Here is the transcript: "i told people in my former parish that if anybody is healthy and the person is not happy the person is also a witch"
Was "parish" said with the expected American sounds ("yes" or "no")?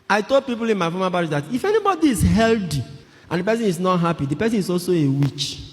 no